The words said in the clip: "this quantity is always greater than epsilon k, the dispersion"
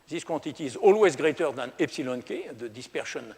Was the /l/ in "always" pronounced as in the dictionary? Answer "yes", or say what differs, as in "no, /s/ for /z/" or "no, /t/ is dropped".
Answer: yes